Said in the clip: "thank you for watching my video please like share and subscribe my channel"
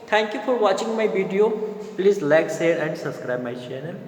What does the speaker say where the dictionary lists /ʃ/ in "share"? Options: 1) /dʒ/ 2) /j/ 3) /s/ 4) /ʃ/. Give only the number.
3